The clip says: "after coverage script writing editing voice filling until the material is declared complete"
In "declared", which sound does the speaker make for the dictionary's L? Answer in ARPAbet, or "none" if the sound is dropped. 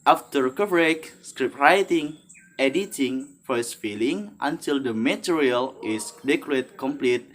none